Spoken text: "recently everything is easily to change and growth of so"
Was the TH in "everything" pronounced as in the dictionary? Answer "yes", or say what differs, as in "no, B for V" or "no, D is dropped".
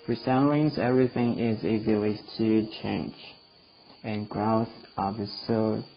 yes